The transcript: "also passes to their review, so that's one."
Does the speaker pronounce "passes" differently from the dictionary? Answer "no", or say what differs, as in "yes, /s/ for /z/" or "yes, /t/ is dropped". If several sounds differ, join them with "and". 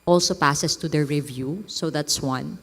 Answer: yes, /s/ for /z/